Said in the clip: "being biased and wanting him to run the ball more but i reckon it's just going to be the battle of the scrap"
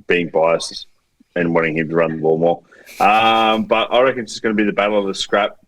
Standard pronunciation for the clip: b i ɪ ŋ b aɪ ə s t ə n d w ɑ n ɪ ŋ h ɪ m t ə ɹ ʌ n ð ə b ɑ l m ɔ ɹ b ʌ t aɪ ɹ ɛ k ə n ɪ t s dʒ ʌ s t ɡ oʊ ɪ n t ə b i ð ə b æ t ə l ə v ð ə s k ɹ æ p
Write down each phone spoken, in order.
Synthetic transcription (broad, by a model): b i ɪ ŋ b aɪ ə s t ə n w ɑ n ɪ ŋ h ɪ m t ə ɹ ʌ n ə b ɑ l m ɔ ɹ b ʌ t aɪ ɹ ɛ k ə n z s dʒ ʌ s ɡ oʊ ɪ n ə b i ð ə b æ t l ə v ð ə s k ɹ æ p